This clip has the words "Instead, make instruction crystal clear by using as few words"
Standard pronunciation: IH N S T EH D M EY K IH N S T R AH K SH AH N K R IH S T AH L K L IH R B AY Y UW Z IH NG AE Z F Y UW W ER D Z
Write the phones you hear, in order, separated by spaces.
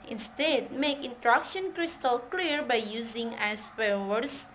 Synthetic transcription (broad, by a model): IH N S T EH D M EY K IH N T R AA K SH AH N K R IH S T AH L K L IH R B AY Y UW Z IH NG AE S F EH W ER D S